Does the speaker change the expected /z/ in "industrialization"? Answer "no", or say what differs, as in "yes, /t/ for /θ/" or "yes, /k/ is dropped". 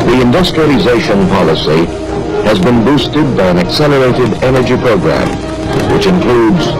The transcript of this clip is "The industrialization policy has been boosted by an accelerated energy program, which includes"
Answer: no